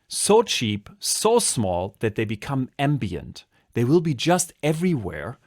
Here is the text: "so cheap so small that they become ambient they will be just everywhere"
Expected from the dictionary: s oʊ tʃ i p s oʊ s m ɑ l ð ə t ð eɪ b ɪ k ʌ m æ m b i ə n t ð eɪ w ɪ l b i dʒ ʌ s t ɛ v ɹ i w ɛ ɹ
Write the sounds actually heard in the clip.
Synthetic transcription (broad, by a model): s oʊ tʃ i p s oʊ s m ɑ l ð ə t ð eɪ b ɪ k ʌ m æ m b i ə n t ð eɪ w ɪ l b i dʒ ʌ s t ɛ v ɹ i w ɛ ɹ